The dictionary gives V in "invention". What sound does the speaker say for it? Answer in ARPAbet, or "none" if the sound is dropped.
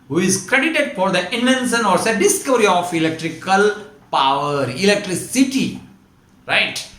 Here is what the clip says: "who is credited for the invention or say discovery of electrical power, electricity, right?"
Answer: none